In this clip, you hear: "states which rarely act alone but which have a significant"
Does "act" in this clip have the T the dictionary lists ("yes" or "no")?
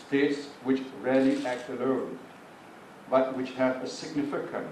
yes